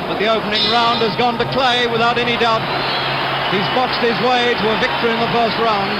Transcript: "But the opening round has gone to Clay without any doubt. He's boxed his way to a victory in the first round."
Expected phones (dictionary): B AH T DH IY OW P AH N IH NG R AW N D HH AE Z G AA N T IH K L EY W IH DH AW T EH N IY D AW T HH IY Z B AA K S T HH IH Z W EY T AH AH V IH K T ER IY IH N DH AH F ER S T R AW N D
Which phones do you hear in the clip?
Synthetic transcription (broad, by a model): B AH T DH IY OW P AH N IH NG R AW N D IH Z G AA N T IH K L EY W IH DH AW T EH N IY D AW T HH IY Z B AA K S T HH IH Z W EY T AH AH V IH K T ER IY IH N DH AH F ER S T R AW N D